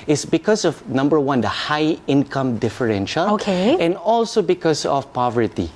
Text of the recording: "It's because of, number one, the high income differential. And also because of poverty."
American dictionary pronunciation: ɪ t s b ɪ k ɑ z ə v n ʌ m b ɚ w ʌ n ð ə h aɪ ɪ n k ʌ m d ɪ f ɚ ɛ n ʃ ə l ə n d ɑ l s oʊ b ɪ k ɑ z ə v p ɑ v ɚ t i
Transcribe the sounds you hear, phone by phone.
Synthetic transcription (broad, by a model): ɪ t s b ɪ k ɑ s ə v n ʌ m b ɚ w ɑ n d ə h aɪ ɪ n k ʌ m d ɪ f ɚ ɛ n ʃ ə l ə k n ɑ l s oʊ b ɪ k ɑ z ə f p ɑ v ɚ t i